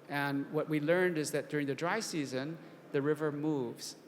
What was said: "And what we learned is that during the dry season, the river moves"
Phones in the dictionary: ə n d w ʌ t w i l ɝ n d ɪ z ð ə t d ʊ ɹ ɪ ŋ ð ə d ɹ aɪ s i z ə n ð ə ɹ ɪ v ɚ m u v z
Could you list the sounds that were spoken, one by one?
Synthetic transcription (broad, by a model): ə n w ʌ t w i l ɝ n d ɪ z ð ə t d ʊ ɹ ɪ ŋ ð ə d ɹ aɪ s i z ə n ð ə ɹ ɪ v ɚ m u v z